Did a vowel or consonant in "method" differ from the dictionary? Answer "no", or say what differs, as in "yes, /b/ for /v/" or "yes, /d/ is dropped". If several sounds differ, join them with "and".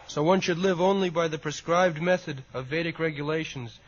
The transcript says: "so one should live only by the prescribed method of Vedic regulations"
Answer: no